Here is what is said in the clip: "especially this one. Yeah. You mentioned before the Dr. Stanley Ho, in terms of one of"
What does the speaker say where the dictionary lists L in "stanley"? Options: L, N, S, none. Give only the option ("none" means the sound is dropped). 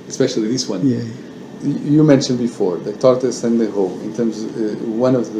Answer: none